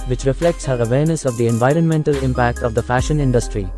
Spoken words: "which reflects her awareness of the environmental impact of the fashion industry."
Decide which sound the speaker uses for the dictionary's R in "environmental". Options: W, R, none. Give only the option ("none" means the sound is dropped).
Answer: R